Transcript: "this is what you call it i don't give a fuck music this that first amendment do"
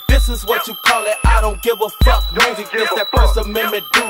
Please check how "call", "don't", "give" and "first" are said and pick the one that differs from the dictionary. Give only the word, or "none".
first